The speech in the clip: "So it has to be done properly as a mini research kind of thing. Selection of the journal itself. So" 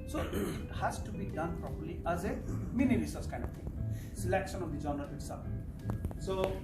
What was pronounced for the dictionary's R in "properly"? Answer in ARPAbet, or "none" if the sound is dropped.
R